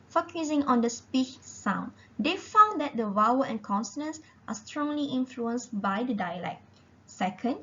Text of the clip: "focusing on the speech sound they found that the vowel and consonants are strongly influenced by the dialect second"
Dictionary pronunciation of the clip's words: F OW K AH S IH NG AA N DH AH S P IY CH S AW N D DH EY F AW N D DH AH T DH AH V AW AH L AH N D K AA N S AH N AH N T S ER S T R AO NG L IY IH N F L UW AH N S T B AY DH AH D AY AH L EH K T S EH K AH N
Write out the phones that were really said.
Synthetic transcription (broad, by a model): F OW K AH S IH NG AA N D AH S P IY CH S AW N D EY F AW N D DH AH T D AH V AW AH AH N K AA N S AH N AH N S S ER S T R AO NG L IY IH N F L UW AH N S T B AY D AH D AY AH L EH K T S EH K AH N